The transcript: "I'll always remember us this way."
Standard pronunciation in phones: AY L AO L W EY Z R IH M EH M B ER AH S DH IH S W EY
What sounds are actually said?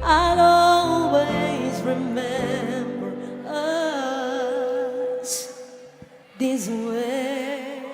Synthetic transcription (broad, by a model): AY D AO L W EY Z R IH M EH M B ER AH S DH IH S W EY